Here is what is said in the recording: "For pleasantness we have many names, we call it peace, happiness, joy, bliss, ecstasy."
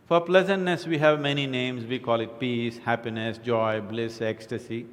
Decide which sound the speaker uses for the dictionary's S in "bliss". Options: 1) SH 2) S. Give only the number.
2